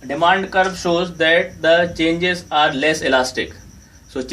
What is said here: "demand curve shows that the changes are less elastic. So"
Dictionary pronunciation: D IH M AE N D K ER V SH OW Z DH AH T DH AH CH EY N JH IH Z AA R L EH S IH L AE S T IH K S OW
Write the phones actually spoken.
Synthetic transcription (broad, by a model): D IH M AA N D K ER B SH OW Z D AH T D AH CH EY N JH IH Z AA R L EH S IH L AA S T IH K S OW